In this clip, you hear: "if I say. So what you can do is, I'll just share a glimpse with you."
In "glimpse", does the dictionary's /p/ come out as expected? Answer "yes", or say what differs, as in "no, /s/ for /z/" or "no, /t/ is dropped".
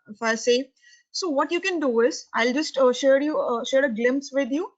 yes